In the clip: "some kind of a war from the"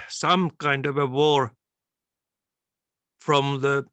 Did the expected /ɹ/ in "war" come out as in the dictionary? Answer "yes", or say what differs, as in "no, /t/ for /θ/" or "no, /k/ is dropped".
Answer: yes